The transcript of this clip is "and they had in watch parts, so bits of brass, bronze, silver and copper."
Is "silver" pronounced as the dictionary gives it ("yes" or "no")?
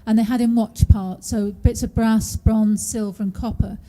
yes